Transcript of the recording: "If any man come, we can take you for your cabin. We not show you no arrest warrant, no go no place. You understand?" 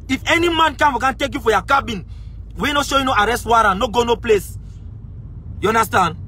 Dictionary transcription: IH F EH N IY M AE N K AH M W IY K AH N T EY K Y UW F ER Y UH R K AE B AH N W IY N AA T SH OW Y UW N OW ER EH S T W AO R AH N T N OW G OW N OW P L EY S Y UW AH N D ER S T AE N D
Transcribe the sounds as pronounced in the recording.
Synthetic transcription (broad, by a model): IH F EH N IY M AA N K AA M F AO K AH N T EY K Y UW F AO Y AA K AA B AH N W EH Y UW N SH OW Y UW N OW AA EH S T W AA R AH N N OW G OW N OW P L EY S Y UW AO N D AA S T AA N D